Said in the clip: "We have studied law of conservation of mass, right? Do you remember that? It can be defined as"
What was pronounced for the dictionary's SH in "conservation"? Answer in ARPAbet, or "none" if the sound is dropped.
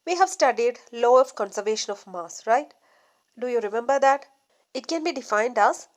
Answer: SH